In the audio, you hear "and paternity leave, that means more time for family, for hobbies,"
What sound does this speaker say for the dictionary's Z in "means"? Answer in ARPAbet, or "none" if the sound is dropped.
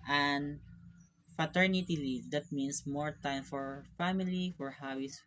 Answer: S